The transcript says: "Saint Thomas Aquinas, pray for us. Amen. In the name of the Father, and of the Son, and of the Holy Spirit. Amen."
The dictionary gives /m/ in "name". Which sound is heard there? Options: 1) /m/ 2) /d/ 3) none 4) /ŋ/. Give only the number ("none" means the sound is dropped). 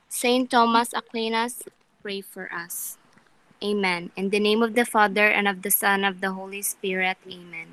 1